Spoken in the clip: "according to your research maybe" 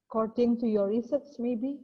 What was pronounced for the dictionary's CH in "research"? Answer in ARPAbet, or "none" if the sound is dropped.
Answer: S